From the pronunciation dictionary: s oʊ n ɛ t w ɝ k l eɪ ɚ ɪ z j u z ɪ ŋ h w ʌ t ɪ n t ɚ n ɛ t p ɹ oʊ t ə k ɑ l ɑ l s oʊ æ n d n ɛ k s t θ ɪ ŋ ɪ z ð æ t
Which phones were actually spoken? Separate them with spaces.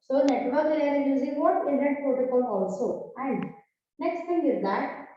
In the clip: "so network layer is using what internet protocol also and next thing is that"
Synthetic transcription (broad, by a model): s oʊ n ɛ t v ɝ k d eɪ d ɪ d j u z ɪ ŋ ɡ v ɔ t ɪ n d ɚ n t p oʊ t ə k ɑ n ɑ l s oʊ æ n d n ɛ k s t t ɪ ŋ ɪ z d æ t